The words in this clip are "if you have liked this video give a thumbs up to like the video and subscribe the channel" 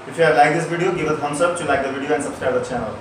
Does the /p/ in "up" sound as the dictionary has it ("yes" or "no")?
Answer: no